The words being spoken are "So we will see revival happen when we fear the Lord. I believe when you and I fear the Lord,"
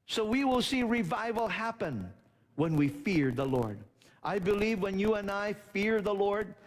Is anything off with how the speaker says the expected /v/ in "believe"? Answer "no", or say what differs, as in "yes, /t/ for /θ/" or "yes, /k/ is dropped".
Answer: no